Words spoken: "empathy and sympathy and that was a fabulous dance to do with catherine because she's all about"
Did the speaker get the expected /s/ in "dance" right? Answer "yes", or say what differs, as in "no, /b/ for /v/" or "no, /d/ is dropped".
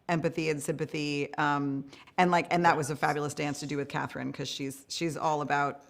yes